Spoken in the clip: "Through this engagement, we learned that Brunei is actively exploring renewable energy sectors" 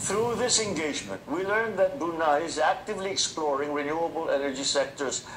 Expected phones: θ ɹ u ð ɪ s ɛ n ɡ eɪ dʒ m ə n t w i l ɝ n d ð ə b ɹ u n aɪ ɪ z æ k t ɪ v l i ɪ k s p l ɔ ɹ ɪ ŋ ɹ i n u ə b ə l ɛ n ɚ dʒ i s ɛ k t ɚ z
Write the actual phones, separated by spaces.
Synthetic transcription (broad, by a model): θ ɹ u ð ɪ s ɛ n ɡ eɪ dʒ m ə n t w i l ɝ n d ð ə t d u n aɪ ɪ z æ k t ɪ v l i ɪ k s p l ɔ ɹ ɪ ŋ ɹ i n u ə b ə l ɛ n ɚ dʒ i s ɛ k t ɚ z